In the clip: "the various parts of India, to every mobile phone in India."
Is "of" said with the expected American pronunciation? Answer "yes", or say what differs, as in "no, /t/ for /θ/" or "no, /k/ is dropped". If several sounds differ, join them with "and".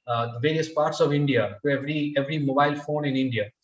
yes